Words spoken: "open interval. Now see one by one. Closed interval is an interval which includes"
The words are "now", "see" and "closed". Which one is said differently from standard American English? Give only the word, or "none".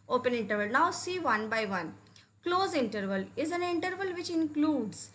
closed